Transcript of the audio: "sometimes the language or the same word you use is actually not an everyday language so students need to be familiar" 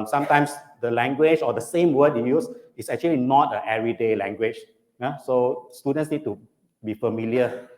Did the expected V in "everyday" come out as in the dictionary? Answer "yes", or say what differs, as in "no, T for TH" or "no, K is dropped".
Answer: no, V is dropped